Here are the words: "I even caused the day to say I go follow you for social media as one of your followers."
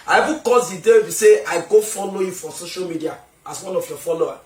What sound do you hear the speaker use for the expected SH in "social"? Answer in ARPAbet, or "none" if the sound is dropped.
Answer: SH